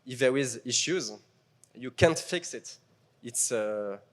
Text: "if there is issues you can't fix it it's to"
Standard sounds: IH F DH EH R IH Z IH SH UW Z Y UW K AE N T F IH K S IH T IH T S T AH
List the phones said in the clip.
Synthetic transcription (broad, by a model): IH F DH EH W IH Z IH SH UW Z Y UW K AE N T F IH K S IH T IH T S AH